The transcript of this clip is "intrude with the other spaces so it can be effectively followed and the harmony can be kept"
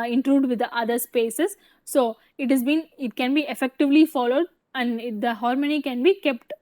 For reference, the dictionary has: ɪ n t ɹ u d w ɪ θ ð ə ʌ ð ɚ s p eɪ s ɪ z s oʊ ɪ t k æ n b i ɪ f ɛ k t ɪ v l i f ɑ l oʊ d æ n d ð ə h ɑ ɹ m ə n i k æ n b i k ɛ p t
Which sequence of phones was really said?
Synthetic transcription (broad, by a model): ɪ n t ɹ u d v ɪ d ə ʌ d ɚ s p eɪ s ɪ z s oʊ ɪ t k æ n b i ɪ f ɛ k t ɪ v l i f ɑ l oʊ d æ n d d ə h ɑ ɹ m ə n i k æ n b i k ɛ p t